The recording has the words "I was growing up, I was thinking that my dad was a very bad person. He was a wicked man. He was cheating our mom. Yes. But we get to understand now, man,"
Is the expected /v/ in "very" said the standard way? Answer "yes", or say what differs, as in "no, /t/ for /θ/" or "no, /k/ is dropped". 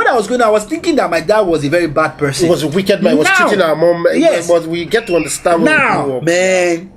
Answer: yes